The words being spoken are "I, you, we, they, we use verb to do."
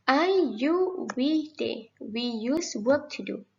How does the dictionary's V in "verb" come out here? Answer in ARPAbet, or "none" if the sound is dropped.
W